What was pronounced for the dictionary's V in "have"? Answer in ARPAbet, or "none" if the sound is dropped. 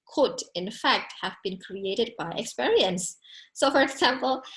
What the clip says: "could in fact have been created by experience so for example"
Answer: V